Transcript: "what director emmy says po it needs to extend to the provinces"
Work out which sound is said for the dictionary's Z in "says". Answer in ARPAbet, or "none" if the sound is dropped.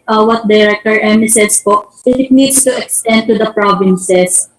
S